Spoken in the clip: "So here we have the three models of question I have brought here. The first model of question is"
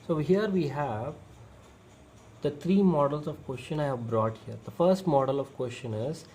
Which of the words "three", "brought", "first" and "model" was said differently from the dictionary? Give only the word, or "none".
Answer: three